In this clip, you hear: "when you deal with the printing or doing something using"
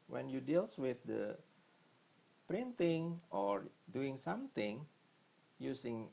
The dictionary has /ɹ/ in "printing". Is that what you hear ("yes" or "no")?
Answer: yes